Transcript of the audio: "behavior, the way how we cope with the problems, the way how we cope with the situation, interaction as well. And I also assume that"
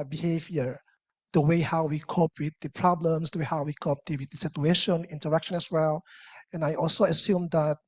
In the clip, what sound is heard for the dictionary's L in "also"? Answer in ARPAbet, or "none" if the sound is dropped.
L